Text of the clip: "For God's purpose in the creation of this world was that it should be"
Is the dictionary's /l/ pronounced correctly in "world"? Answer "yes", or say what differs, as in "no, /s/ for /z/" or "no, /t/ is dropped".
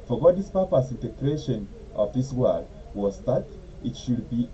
no, /l/ is dropped